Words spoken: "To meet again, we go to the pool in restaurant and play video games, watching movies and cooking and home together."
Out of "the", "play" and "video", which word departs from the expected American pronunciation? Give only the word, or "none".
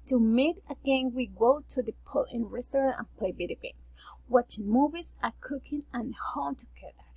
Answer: video